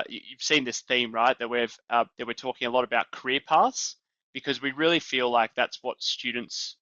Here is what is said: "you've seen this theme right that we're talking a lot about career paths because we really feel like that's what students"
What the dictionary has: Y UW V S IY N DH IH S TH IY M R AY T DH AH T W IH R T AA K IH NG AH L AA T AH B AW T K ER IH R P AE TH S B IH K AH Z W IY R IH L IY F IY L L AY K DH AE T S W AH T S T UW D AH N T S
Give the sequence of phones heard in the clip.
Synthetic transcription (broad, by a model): Y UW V S IY N DH IH S TH IY M R AY T DH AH T W IH R T AA K IH NG AH L AA T AH B AW T K ER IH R P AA T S B IH K AH Z W IY R IH L IY F IY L L AY K DH AE T S W AH T S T UW D N T S